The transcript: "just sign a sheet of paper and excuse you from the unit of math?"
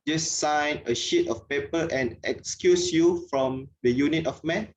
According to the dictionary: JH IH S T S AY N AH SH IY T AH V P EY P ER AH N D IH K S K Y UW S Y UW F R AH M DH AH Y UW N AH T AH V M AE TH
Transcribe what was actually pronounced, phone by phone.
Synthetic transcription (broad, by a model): JH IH S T S AY N AH SH IY T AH F P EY P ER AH N IH K S K Y UW S Y UW F R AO M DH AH Y UW N AH T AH F M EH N